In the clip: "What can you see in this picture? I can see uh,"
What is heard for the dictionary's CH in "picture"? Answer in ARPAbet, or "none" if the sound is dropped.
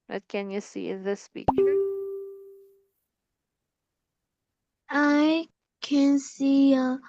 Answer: none